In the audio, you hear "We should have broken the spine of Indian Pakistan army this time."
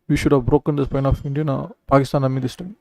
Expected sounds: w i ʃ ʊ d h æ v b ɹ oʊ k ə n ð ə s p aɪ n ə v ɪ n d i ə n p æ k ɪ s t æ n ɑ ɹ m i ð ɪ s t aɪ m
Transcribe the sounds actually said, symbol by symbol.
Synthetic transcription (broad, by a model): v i ʃ ʊ d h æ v b ɹ oʊ k ə n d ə s p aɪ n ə f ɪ n d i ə n p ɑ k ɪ s t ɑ n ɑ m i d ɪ s t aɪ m